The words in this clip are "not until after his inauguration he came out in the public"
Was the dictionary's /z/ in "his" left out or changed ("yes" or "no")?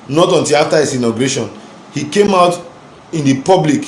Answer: yes